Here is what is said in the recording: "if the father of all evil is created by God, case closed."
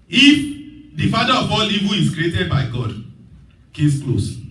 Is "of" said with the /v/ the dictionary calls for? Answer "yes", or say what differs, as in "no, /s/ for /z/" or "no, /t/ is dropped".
no, /b/ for /v/